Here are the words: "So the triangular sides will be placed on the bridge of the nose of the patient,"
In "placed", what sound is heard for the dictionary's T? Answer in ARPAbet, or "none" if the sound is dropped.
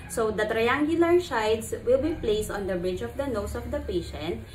T